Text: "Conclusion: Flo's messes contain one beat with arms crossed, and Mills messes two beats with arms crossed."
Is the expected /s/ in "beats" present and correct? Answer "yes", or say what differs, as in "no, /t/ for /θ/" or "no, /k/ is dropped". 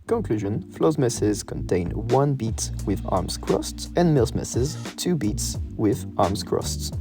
yes